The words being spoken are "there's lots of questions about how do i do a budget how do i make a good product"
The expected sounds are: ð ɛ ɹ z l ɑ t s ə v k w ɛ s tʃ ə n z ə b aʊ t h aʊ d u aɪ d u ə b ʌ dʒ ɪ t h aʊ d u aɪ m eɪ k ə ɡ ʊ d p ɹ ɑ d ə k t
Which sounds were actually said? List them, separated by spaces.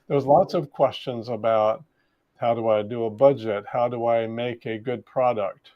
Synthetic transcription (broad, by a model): ð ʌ ɹ z l ɑ t s ə v k w ɛ s tʃ ə n z ə b aʊ t h aʊ d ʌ aɪ d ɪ ə b ʌ dʒ ɪ t h aʊ d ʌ aɪ m eɪ k ə ɡ ʊ d p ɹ ɑ d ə k t